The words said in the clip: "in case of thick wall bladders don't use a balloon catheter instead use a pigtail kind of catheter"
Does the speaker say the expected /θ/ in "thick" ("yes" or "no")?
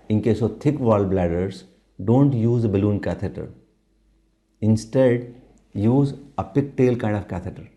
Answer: no